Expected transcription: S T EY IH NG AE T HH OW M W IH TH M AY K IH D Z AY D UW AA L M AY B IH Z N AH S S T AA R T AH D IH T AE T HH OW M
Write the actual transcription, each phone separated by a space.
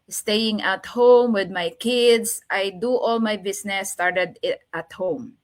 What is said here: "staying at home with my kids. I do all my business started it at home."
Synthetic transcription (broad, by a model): S T EY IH NG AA T HH OW M W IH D M AY K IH D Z AY D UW AA L M AY B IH S N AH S S T AA R T AH D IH T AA T HH OW M